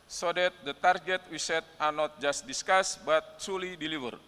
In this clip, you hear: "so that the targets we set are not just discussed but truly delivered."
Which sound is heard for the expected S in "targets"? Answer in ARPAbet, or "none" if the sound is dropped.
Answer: none